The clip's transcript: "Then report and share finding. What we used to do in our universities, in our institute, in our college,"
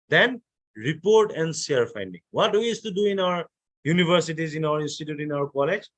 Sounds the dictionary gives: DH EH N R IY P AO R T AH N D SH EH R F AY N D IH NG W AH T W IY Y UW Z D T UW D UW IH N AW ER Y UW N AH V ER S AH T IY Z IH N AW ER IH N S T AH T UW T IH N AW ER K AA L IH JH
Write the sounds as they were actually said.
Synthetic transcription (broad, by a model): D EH N R IY P AO R T AH N D S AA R F AY N D IH NG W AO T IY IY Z T UW D UW IH N AW ER Y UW N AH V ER S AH T IY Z IH N AW ER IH N S T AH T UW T IH N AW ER K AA L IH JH